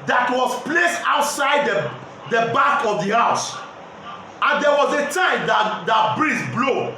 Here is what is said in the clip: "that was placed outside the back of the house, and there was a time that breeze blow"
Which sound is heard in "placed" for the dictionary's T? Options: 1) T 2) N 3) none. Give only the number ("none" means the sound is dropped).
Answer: 1